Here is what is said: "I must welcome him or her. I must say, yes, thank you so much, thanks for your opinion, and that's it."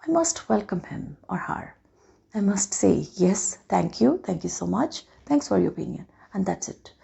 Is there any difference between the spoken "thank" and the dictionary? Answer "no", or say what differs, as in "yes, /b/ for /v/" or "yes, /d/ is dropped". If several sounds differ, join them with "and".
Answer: yes, /t/ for /θ/